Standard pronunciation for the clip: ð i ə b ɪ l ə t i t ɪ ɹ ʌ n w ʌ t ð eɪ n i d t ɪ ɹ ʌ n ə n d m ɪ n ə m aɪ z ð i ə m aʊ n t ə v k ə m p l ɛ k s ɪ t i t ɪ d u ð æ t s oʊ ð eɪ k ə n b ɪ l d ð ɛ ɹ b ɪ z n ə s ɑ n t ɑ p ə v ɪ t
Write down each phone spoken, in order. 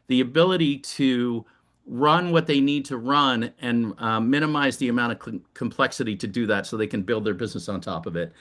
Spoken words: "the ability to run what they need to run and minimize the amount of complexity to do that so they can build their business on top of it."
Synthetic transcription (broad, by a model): ð i ə b ɪ l ə t i t ɪ ɹ ʌ n w ʌ t ð eɪ n i d t ɪ ɹ ʌ n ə n m ɪ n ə m aɪ z ð i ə m aʊ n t ə v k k m p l ɛ k s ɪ t i t ɪ d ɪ ð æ t s oʊ ð eɪ k ə n b ɪ l d ð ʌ ɹ b ɪ z n ə s n t ɑ p ə v ɪ t